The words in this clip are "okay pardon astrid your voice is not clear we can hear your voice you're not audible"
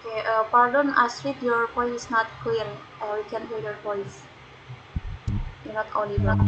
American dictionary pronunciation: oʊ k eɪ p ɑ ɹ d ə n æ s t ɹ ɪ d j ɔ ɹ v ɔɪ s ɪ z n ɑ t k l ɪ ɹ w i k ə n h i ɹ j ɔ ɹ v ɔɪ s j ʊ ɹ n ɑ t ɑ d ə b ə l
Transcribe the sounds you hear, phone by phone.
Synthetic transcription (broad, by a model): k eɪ p ɑ ɹ d ə n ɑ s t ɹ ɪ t j ɔ ɹ p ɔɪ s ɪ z n ɑ t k ɪ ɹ w i k ə n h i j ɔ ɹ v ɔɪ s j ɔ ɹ n ɑ t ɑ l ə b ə